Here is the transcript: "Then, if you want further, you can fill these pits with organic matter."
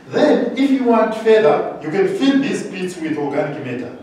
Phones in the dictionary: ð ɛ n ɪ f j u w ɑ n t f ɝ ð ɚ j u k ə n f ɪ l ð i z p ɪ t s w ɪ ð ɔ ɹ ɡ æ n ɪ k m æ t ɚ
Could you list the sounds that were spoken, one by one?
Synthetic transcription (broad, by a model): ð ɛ n ɪ f j u w ɑ n t f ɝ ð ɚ j u k ə n f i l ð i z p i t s w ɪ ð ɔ l ɡ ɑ n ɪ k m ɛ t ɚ